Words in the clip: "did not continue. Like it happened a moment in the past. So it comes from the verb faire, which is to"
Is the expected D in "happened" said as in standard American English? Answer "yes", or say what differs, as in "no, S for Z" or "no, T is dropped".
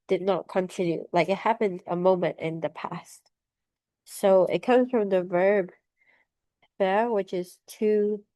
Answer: yes